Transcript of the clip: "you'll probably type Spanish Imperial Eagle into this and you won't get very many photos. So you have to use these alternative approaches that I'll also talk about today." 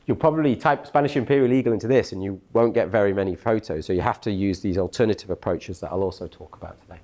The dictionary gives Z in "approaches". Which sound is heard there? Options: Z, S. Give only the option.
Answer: Z